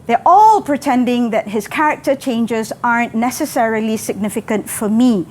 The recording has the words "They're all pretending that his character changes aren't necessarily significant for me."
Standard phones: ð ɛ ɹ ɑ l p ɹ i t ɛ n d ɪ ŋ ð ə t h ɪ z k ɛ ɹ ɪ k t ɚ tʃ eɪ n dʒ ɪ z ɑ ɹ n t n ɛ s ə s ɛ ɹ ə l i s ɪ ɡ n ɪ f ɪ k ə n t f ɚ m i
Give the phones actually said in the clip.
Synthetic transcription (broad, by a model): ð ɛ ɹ ɑ l p ɹ i t ɛ n d ɪ ŋ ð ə t h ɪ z k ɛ ɹ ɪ k t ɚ tʃ eɪ n dʒ ɪ z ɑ ɹ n n ɛ s ə s ɛ ɹ ə l i s ɪ ɡ n ɪ f ɪ k ə n t f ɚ m i